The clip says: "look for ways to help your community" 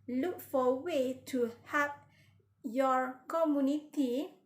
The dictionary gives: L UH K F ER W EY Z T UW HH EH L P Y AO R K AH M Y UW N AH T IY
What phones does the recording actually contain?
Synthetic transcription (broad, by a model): L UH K F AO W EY T UW HH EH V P Y AO R K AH M Y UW N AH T IY